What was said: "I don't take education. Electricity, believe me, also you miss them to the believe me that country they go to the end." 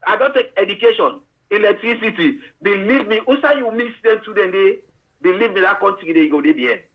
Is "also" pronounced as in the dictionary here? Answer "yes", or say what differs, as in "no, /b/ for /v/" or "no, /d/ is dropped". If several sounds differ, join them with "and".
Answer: no, /l/ is dropped